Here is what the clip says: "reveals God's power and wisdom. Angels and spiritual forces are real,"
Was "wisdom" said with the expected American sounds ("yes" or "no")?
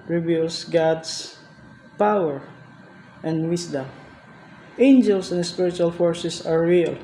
no